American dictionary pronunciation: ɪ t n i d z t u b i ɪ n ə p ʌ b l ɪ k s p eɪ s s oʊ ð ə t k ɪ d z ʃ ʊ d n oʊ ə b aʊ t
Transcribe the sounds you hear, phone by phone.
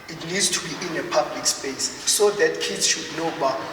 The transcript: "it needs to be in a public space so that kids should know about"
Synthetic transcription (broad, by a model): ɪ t l i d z t u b i ɪ n ə p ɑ b l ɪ k s p eɪ s s oʊ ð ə t k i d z ʃ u d n oʊ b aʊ